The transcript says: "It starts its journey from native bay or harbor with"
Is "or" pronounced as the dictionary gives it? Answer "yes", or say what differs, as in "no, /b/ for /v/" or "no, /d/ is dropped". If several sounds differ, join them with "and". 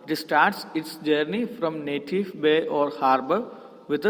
yes